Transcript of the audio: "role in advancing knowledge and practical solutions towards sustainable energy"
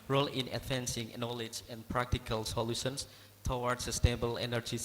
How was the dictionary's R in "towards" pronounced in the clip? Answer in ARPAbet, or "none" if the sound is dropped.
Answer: W